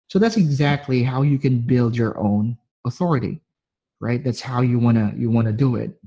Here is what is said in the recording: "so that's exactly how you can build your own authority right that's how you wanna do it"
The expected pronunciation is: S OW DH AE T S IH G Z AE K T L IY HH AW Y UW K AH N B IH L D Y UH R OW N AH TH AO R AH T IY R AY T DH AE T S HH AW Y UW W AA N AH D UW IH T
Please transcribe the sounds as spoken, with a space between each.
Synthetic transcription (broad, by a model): S OW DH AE T S IH G Z AE K T L IY HH AW Y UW K AH N B IH L D Y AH R OW N AH TH AO R AH T IY R AY T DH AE T S HH AW Y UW W AA N AH D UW IH T